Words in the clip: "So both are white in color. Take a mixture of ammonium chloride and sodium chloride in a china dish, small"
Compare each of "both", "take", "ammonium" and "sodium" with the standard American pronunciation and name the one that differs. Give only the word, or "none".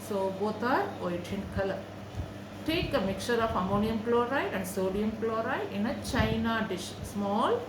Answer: both